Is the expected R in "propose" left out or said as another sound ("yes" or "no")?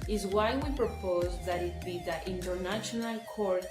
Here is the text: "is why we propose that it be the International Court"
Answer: no